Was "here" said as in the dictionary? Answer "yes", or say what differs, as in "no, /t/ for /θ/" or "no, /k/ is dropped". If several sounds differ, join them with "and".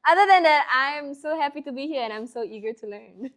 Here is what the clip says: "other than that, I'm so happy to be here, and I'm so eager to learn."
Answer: yes